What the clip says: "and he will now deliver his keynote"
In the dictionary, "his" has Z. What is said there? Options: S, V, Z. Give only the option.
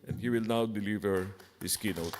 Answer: S